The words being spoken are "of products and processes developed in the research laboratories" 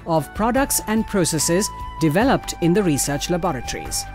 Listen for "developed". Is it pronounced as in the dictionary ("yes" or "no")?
yes